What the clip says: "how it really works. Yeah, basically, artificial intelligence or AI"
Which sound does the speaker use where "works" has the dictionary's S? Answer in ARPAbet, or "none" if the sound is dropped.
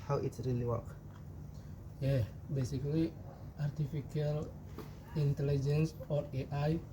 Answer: none